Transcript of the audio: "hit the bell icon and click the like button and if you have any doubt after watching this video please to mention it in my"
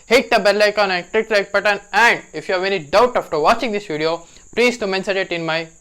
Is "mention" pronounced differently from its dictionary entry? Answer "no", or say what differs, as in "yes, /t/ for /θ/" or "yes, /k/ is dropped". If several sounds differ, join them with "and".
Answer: yes, /s/ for /ʃ/